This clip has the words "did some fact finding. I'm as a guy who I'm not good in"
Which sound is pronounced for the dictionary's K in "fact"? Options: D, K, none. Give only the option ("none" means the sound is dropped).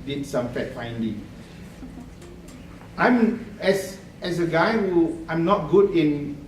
none